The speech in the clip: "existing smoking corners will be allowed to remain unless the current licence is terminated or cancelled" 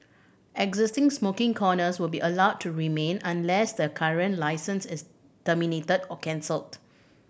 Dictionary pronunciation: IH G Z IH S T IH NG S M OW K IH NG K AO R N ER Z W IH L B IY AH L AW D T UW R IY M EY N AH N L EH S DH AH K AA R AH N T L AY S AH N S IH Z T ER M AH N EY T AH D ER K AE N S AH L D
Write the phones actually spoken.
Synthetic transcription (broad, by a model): IH G Z IH S T IH NG S M OW K IH NG K AO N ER S W IH L B IY AH L AW D T UW R IY M EY N AH N L EH S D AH K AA R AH N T L AY S AH N S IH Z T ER M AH N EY T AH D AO K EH N S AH L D